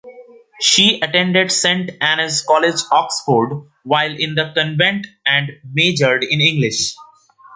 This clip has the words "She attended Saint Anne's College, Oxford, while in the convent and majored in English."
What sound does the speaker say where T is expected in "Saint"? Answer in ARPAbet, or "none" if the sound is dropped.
T